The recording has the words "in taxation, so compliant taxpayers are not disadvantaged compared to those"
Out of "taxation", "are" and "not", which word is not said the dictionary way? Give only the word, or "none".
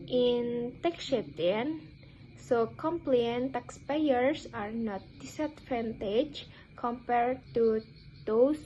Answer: taxation